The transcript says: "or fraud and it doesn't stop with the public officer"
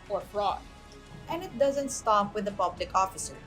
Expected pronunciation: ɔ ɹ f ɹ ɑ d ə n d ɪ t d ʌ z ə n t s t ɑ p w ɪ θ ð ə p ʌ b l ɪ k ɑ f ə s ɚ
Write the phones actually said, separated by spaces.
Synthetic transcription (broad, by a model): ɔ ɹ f ɹ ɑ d ə n d ɪ t d ʌ z ə n t s t ɑ p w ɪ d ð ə p ʌ b l ɪ k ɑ f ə s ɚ